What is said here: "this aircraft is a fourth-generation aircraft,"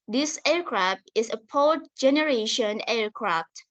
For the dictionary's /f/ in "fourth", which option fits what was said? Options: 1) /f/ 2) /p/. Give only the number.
2